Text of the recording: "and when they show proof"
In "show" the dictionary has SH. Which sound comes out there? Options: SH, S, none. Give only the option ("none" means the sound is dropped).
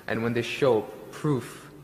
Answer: SH